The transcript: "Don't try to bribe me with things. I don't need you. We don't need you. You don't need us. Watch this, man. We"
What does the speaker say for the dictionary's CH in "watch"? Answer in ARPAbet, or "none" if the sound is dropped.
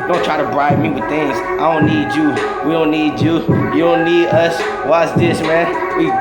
S